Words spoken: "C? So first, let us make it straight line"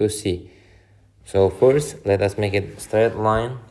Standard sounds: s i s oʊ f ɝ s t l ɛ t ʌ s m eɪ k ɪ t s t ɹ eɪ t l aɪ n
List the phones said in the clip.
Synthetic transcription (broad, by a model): s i s oʊ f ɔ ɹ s l ɛ t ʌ s m eɪ k ɪ t s t ɹ eɪ t l aɪ n